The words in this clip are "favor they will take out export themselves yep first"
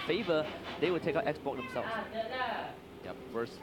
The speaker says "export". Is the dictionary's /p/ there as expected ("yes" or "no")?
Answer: no